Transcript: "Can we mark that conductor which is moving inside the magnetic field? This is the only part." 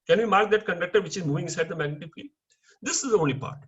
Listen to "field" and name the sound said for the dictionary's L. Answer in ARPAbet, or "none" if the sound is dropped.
none